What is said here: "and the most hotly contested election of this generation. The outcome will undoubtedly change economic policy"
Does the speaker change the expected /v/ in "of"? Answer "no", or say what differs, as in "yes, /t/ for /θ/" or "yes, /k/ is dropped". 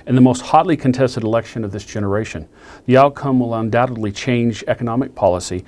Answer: no